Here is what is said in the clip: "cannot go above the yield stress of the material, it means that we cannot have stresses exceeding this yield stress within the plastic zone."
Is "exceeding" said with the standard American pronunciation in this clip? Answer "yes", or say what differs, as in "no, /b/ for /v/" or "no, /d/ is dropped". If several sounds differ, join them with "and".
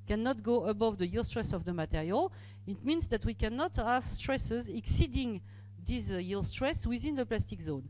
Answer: yes